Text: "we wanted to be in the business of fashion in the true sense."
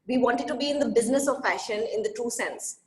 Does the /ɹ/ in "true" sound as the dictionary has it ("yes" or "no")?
no